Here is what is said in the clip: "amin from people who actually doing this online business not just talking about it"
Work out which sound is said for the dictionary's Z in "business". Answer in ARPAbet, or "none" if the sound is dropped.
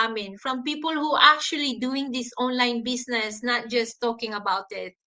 S